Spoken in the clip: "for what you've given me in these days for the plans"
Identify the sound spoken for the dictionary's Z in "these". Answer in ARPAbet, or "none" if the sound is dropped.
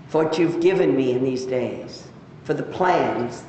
Z